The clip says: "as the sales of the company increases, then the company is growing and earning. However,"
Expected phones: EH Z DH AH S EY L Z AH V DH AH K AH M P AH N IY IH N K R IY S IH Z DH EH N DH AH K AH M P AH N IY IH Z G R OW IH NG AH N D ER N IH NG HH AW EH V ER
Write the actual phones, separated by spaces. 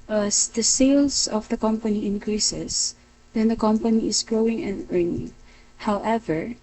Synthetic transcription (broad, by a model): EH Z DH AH S EY L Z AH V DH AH K AH M P AH N IY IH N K R IY S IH S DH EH N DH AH K AH M P AH N IY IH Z G R OW IH NG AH N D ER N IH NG HH AW EH V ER